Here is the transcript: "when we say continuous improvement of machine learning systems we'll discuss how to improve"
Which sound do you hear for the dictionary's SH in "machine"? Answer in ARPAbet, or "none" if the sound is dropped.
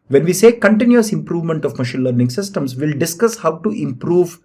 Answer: SH